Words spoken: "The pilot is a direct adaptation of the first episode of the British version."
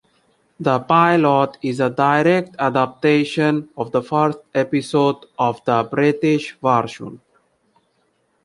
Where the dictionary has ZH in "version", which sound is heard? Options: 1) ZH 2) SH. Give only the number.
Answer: 2